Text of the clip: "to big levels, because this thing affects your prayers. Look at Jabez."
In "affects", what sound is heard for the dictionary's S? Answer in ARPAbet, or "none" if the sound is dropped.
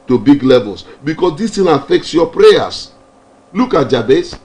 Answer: S